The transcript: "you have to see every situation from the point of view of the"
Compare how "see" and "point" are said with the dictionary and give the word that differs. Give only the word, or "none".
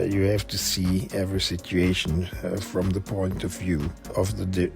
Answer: none